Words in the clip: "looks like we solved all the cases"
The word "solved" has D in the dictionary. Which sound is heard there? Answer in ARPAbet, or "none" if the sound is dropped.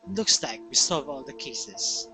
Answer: none